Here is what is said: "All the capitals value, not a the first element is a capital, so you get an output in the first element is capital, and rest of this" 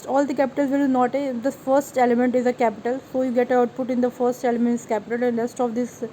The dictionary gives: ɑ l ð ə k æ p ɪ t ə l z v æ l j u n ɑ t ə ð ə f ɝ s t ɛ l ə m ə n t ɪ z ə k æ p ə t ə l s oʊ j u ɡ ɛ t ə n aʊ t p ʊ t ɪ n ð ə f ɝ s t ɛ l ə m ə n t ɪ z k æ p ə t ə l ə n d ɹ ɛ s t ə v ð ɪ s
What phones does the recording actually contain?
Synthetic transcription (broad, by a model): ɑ l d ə k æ p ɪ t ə l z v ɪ l n ɑ t ə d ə f ɝ s t ɛ l ə m ə n t ɪ z ə k æ p ə t ə l s oʊ j u ɡ ɛ t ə aʊ t p ʊ t ɪ n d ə f ɝ s t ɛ l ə m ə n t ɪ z k æ p ə t ə l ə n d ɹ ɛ s t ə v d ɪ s